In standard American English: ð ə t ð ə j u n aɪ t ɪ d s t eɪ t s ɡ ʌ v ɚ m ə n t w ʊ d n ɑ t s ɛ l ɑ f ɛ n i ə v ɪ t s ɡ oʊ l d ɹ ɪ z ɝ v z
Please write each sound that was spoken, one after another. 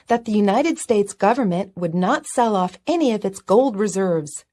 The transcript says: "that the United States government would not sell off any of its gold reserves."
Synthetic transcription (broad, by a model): ð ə t ð ə j u n aɪ t ɪ d s t eɪ t s ɡ ʌ v ɚ m ə n t w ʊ d n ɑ t s ɛ l ɑ f ɛ n i ə v ɪ t s ɡ oʊ l d ɹ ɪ z ɝ v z